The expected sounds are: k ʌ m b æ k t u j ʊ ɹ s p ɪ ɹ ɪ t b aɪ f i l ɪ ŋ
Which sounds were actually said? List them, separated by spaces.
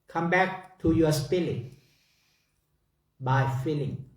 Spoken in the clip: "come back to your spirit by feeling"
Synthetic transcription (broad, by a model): k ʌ m b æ k t u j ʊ s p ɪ l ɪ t b aɪ f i l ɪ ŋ